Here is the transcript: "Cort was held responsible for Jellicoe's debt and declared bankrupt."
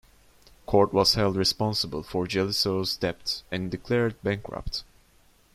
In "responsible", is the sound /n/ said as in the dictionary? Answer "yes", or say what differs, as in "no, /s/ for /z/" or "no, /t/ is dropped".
yes